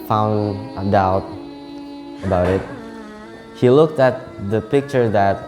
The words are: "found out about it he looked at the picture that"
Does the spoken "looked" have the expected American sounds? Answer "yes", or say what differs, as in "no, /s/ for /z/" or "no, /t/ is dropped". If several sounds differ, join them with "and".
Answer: yes